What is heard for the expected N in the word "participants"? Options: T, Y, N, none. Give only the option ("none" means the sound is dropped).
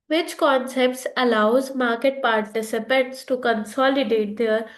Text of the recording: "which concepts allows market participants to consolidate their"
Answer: none